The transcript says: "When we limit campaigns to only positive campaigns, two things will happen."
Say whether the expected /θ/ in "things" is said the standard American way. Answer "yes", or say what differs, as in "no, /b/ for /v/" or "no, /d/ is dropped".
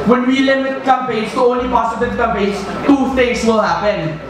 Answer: no, /t/ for /θ/